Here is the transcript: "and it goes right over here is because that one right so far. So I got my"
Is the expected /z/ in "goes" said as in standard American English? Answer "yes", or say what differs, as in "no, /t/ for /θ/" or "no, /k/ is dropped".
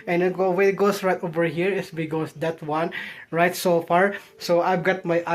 no, /s/ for /z/